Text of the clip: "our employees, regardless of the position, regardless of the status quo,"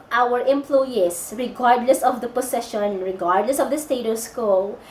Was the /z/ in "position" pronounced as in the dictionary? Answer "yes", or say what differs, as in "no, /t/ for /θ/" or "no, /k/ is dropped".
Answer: no, /s/ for /z/